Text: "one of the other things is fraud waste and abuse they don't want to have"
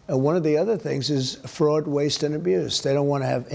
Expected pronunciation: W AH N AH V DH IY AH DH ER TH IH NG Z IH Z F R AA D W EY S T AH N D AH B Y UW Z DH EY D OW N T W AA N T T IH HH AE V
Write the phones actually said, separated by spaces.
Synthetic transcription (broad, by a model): W AH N AH V DH IY AH DH ER TH IH NG Z IH Z F R AA D W EY S T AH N AH B Y UW Z DH EY D OW N T W AA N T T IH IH V